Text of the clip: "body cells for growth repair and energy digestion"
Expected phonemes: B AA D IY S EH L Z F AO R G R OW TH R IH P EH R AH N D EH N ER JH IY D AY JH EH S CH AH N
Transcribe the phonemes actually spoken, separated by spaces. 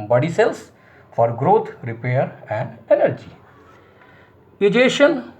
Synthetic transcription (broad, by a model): B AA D IY S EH L S F AO R G R OW T R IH P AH R AH N D EH N ER JH IY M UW JH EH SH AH N